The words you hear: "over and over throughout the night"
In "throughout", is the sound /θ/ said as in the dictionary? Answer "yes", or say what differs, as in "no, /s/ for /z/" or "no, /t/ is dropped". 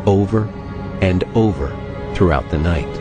yes